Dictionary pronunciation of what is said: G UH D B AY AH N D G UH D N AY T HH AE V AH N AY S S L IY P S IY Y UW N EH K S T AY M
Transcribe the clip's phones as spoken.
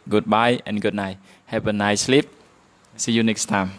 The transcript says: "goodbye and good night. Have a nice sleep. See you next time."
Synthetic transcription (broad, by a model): G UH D B AY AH N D G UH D N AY HH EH P AH N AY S S L IY P S IY Y UW N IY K S T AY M